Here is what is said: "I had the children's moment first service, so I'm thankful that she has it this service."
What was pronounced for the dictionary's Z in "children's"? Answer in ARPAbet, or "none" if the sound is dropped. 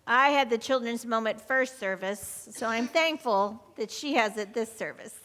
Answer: Z